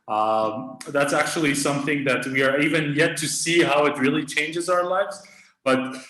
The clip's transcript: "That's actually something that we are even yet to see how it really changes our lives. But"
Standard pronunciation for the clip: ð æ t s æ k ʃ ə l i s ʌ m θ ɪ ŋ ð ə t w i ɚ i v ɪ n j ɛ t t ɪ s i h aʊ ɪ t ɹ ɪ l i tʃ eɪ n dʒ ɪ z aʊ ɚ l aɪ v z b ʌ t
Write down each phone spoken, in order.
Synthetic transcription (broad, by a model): ð æ t s æ k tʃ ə l i s ʌ m θ ɪ ŋ ð ə t w i ɚ i v ɪ n j ɛ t t ɪ s i h aʊ ɪ t ɹ ɪ l i tʃ eɪ n dʒ ɪ z aʊ ɚ l aɪ v z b ʌ t